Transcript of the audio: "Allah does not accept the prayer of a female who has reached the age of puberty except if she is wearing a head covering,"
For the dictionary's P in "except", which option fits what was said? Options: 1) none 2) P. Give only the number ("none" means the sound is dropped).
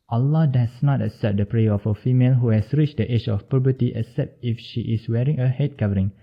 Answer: 2